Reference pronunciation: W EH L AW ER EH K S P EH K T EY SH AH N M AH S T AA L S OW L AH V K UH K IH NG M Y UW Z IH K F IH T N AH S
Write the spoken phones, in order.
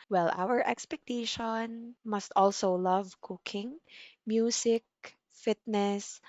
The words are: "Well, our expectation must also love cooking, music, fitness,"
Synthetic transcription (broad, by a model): W EH L AW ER EH K S P EH K T EY SH AH N M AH S T AA L S OW L AH V K UH K IH NG M Y UW S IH K F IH T N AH S